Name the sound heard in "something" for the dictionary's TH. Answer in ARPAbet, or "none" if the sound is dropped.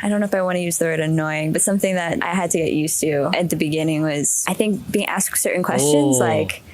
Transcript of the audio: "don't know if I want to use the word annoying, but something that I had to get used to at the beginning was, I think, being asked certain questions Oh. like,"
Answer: TH